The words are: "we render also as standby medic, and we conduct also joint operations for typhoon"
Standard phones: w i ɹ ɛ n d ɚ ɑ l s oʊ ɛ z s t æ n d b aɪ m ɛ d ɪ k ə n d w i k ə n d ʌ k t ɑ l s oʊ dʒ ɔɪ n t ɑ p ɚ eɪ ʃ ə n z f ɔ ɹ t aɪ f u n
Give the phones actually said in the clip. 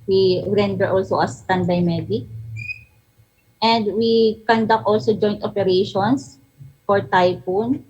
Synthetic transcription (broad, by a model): w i ɹ ɛ n d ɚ ɑ l s oʊ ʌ s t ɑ n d aɪ m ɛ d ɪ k ə n d w i k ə n d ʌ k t ɑ l s oʊ dʒ ɔɪ n t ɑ p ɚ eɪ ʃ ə n s f ɔ ɹ t aɪ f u n